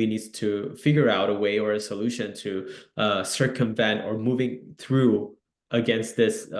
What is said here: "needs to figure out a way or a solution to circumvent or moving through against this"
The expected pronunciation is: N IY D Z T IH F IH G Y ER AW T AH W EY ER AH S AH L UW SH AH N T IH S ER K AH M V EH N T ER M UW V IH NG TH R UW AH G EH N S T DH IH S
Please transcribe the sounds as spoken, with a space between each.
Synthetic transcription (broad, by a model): N IY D T IH F IH G Y ER AW T AH W EY ER AH S AH L UW SH AH N T IH S ER K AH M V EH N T ER M UW V IH NG TH R UW AH G EH N S T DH IH S